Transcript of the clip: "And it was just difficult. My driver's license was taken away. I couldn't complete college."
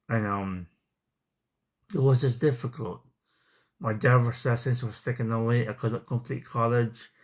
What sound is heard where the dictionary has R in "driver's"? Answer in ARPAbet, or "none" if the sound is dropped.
none